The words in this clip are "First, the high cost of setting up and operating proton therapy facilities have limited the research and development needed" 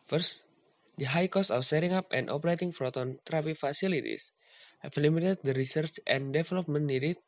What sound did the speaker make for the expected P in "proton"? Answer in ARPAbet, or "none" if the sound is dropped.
F